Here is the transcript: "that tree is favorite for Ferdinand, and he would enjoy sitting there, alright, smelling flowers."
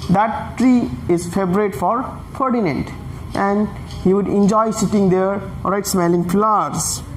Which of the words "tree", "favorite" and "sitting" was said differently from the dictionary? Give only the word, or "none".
favorite